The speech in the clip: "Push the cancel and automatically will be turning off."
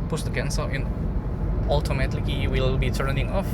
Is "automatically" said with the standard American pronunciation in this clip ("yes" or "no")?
no